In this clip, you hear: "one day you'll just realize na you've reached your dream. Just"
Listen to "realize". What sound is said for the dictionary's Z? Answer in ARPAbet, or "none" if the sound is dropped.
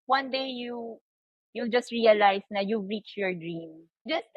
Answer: S